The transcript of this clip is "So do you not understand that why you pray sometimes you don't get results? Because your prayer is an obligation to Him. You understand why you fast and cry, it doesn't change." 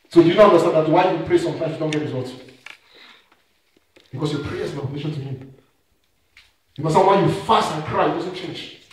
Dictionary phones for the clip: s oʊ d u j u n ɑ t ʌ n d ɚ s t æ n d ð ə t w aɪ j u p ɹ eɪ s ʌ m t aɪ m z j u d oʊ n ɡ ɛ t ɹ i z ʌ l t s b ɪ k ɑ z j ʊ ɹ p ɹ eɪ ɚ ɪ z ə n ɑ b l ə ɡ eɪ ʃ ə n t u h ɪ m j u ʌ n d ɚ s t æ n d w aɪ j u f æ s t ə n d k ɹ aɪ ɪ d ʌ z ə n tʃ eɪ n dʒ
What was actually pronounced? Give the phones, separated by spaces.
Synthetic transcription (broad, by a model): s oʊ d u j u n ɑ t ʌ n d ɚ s t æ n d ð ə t w aɪ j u p ɹ eɪ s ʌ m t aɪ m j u d oʊ n ɡ ɛ t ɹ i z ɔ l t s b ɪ k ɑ s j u p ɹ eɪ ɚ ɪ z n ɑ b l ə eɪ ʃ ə n t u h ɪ m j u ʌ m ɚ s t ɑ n w aɪ j u f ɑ s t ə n k ɹ aɪ ɪ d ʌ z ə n tʃ eɪ n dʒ